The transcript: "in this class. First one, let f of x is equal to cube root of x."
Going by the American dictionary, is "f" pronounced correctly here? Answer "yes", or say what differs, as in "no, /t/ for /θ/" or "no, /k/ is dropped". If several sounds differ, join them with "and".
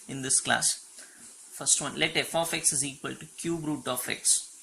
yes